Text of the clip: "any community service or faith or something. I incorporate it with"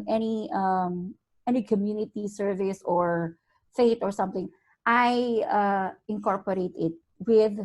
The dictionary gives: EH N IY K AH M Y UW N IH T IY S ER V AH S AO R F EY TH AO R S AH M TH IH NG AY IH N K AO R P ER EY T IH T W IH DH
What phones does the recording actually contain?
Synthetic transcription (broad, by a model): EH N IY K AH M Y UW N IH T IY S ER V AH S AO R F EY T AO R S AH M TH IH NG AY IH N K AO R P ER EY T IH T W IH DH